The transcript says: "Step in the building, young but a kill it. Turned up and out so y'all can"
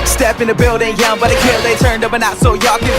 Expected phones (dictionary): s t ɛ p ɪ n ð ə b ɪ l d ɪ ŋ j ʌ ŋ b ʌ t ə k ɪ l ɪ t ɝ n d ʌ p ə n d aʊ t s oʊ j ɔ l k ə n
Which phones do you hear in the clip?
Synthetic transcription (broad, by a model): s t ɛ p ɪ n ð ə b ɪ l d ɪ ŋ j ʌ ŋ b ʌ t ə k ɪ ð ɪ t ɝ n d ʌ p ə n aʊ t s oʊ j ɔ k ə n